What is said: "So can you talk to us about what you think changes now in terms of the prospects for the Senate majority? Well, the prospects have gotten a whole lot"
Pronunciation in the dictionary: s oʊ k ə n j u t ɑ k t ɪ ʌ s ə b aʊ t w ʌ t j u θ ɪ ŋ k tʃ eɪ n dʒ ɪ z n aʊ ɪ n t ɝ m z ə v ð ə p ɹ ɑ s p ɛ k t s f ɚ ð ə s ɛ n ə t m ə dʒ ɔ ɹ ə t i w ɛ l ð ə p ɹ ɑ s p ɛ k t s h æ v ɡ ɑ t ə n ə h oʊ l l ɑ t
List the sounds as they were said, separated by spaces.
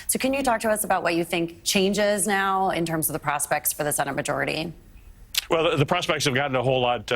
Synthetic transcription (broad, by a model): s oʊ k ə n j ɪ t ɑ k t ɪ ʌ s ə b aʊ t w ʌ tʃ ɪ θ ɪ ŋ k tʃ eɪ n dʒ ɪ z n aʊ ɪ n t ɝ m z ə v ð ə p ɹ ɑ s p ɛ k t s f ɚ ð ə s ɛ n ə m ə dʒ ɔ ɹ ə t i w ɛ l ð ə p ɹ ɑ s p ɛ k t s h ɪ v ɡ ɑ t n ə h oʊ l l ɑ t